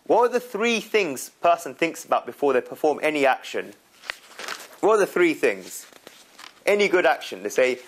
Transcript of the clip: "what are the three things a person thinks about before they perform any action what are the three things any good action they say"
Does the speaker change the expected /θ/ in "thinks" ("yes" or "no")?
no